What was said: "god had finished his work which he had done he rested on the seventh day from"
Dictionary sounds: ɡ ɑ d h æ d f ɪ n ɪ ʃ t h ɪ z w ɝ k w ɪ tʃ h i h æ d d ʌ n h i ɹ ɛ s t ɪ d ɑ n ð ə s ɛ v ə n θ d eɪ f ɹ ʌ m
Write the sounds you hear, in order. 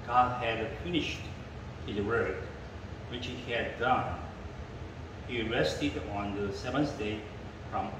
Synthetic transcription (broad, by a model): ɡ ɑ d h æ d f ɪ n ɪ ʃ t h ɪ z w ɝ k w ɪ tʃ h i h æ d d ʌ n h i ɹ ɛ s t ɪ d ɑ n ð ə s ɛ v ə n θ d eɪ f ɹ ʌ m